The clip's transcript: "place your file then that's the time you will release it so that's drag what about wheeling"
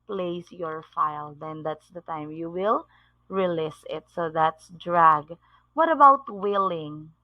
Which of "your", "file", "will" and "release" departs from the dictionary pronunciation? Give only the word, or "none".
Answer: none